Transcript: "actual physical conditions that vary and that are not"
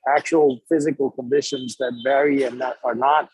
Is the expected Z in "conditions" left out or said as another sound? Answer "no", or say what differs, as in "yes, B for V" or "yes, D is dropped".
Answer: no